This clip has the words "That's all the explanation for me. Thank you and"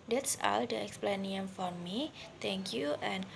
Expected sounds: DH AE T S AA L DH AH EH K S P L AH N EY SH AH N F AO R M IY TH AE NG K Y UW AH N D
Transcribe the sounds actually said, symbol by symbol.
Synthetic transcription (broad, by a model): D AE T S AA L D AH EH K S P L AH N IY AH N F AO R M IY T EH NG K Y UW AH N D